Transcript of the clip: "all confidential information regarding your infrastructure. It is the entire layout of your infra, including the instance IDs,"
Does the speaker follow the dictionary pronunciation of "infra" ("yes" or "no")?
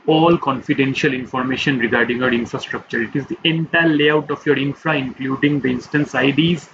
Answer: yes